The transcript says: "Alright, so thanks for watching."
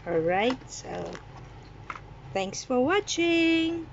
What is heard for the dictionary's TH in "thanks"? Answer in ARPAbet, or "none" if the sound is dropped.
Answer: TH